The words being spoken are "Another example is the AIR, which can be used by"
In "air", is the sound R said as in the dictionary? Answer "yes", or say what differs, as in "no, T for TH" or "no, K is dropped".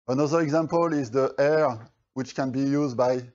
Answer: yes